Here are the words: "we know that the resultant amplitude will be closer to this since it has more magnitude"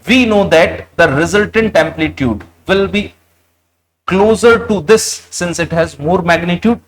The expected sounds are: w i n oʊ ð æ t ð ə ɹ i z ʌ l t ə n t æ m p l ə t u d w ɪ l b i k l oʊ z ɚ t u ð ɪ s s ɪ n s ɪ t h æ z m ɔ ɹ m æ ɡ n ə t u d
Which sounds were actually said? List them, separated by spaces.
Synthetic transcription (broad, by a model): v i n oʊ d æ t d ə ɹ i z ʌ l t ə n t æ m p l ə t u d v ɪ l b i k l oʊ z ɚ t u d ɪ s s ɪ n s ɪ t h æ z m ɔ ɹ m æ ɡ n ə t u d